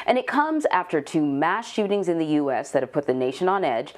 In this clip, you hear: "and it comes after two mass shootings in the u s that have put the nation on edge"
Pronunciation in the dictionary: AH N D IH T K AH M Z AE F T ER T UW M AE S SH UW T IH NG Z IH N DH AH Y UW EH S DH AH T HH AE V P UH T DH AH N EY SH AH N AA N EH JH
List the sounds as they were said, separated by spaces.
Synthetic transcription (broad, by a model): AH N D IH T K AH M Z AE F T ER T UW M AE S SH UW T IH NG Z IH N DH AH Y UW EH S DH AH T HH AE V P UH T DH AH N EY SH AH N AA N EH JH